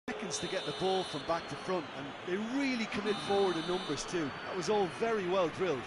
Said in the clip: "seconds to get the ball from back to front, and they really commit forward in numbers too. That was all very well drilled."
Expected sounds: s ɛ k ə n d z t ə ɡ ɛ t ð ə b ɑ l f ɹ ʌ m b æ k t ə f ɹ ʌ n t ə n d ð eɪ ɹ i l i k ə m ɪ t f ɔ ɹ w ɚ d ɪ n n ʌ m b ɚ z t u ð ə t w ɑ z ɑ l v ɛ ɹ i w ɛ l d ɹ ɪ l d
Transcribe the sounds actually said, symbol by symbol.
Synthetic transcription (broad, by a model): ɛ k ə n d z t ə ɡ ɛ t ð ə b ɑ l f ɹ ʌ m b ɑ k t ə f ɹ ʌ n t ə n ð eɪ ɹ i l i k ə m ɪ t f ɔ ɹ w ɚ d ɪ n n ʌ m b ɚ z t u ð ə t w ɑ z ɑ l v ɛ ɹ i w ɛ l d ɹ ɪ l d